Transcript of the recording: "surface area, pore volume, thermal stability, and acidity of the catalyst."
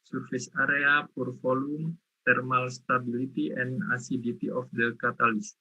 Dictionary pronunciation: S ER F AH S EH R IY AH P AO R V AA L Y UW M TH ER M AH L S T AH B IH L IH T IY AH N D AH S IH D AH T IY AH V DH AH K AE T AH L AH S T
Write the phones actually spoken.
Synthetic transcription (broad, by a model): S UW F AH S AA R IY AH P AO R F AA L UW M T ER M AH L S T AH B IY L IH T IY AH N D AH S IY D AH T IY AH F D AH K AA T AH L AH S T